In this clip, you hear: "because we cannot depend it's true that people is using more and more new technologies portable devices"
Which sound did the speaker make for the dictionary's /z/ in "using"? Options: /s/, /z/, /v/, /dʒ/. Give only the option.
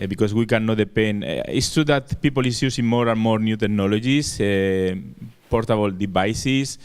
/s/